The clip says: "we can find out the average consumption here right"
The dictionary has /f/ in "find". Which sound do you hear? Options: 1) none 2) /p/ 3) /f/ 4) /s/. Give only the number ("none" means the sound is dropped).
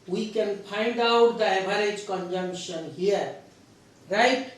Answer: 2